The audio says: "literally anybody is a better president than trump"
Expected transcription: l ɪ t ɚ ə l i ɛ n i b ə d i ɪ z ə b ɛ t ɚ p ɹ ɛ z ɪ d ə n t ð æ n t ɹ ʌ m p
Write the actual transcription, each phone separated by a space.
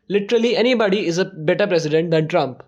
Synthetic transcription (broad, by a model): l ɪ t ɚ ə l i ɛ n i b ə d i ɪ z ə b ɛ t ɚ p ɹ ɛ s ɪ d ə n t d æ n t ɹ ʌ m p